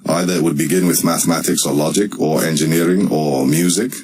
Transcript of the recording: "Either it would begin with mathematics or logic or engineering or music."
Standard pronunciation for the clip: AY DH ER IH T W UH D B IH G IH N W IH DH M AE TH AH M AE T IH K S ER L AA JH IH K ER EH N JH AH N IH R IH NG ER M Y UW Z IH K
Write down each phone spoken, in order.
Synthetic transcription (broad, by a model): AY DH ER IH T W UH D B IH G IH N W IH DH M AE TH AH M AE T IH K S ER L AA JH IH K ER EH N JH AH N IH R IH NG ER M Y UW Z IH K